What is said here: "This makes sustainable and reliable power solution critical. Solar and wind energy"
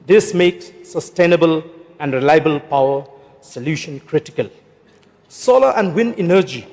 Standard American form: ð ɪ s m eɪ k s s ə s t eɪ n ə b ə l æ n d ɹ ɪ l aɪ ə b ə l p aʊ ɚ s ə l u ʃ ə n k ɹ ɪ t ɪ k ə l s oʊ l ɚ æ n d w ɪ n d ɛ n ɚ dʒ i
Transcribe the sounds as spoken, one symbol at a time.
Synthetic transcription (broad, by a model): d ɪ s m eɪ k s s ə s t eɪ n ə b ə l æ n d ɹ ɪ l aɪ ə b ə l p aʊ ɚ s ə l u ʃ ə n k ɹ ɪ t ɪ k ə l s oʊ l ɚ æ n d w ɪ n ɛ n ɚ dʒ i